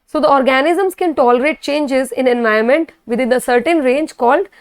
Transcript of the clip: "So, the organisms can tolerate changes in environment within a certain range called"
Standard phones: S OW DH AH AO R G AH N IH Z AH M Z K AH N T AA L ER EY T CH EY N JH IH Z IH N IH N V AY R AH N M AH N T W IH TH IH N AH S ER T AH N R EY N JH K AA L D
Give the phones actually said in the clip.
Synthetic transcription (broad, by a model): S OW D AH AO R G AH N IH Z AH M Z K AH N T AA L ER EY T CH EY N JH IH Z IH N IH N V AY AH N M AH N T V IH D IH N AH S ER T AH N R EY N JH K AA L D